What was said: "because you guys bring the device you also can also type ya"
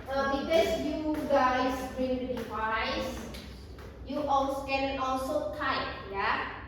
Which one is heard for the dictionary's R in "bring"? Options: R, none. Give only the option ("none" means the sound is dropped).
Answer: none